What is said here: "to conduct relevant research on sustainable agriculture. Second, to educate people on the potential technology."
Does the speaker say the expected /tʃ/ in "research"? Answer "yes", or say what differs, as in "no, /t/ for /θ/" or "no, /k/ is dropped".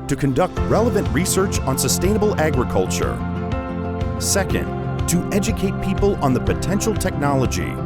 yes